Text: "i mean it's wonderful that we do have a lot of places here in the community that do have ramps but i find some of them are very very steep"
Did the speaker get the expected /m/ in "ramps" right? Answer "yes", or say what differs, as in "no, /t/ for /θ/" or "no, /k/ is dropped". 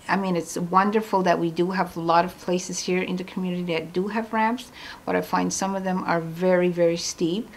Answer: no, /m/ is dropped